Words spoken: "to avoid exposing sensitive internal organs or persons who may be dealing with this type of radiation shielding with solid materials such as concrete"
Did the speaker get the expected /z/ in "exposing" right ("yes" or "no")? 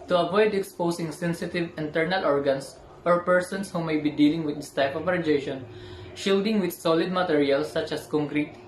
no